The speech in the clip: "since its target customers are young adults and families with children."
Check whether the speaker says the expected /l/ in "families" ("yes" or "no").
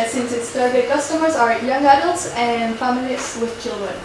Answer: no